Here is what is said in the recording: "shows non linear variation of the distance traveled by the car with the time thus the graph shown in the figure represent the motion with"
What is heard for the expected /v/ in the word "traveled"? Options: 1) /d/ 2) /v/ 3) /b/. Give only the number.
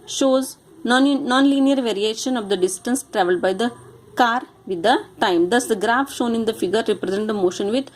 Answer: 2